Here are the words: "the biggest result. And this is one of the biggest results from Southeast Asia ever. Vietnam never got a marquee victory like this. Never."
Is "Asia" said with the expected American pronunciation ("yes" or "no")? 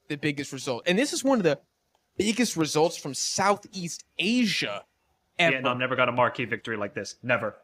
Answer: yes